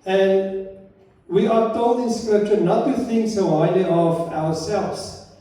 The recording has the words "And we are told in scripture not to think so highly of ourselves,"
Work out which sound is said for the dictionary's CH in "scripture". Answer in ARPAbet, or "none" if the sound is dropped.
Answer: CH